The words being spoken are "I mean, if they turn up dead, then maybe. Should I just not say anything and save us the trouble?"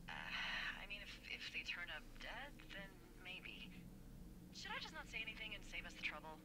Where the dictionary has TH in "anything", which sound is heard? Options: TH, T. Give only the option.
TH